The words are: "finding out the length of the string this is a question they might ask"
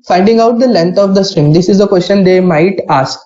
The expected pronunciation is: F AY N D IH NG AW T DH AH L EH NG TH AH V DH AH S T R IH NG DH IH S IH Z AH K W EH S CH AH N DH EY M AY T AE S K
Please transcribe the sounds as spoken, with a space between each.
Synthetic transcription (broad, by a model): F AY N D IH NG AW T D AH L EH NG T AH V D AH S T R IH NG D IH S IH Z AH K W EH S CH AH N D EY M AY T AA S K